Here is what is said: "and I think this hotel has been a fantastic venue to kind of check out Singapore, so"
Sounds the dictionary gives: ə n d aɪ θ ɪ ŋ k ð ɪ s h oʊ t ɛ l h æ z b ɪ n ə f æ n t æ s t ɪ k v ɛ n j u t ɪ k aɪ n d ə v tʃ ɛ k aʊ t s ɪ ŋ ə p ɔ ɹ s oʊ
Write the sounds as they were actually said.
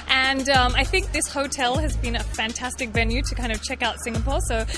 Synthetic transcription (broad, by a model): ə n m aɪ θ ɪ ŋ k ð ɪ s h oʊ t ɛ l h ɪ z b ɪ n ə f æ n t æ s t ɪ k v ɛ n j u t ɪ k aɪ n d ə v tʃ ɛ k aʊ t s ɪ ŋ ə p ɔ ɹ s oʊ